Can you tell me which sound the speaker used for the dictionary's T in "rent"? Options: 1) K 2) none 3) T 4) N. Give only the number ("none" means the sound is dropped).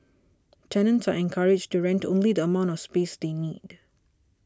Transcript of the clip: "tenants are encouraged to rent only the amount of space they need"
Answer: 3